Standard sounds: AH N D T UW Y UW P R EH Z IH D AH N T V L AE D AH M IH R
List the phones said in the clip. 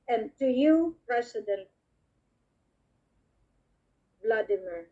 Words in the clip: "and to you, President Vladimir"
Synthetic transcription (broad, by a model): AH N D T UW Y UW P R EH S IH D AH N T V L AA D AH M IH R